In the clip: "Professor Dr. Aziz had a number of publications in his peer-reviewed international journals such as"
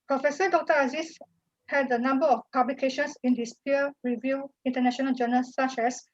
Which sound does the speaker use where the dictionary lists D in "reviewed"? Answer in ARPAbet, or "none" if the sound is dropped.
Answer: none